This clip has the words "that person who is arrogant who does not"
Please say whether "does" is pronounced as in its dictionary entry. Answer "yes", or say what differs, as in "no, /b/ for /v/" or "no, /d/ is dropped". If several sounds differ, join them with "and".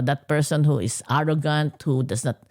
no, /s/ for /z/